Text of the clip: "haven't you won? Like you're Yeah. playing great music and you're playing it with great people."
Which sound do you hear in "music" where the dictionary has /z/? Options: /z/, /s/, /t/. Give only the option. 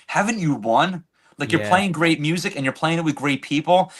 /z/